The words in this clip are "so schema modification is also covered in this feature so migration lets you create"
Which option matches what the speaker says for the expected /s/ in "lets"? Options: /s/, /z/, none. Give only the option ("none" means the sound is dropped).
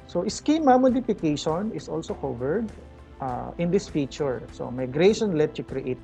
none